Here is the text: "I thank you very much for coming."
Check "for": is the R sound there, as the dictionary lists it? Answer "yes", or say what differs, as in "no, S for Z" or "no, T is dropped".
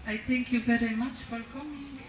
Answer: no, L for R